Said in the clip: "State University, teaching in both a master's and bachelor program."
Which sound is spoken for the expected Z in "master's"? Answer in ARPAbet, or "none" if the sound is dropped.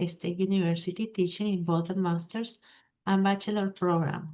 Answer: S